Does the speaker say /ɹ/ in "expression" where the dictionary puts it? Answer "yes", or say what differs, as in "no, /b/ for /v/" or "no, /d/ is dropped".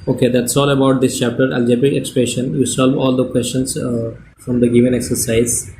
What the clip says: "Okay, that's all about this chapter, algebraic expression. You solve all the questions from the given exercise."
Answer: yes